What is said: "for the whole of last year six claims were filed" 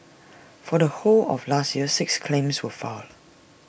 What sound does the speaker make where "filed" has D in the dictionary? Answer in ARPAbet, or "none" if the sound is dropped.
none